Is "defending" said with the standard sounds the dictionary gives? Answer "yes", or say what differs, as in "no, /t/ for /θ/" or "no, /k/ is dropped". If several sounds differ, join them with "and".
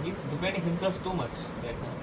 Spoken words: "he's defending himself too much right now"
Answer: no, /p/ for /f/